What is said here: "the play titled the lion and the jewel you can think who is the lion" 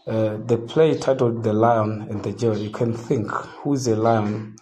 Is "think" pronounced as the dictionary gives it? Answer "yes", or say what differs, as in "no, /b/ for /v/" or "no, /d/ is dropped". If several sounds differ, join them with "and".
yes